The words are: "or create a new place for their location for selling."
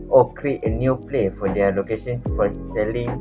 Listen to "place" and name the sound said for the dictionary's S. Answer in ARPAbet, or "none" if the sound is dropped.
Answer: none